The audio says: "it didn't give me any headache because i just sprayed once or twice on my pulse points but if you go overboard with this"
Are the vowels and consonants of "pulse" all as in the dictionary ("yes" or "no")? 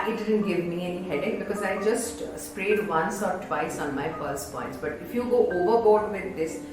no